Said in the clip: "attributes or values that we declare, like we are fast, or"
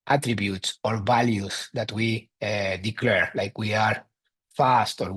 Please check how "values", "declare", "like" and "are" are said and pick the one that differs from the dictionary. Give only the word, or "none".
values